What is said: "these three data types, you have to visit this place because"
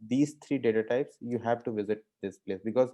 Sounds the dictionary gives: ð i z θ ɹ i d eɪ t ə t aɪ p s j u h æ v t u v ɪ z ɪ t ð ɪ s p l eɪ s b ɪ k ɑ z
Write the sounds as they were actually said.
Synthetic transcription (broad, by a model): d i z t ɹ i d eɪ t ə t aɪ p s j u h æ v t u v ɪ z ɪ t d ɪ s p l eɪ s b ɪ k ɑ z